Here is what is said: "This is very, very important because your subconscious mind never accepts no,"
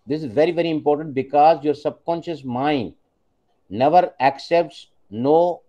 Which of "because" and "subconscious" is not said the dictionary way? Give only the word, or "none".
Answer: none